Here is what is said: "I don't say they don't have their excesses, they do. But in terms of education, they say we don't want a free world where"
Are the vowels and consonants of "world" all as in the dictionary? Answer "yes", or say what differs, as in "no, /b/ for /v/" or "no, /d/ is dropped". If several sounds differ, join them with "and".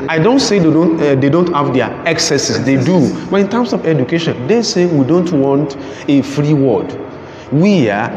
no, /l/ is dropped